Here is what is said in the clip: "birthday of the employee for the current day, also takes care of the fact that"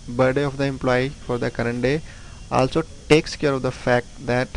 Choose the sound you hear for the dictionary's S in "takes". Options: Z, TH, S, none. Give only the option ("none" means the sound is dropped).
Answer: S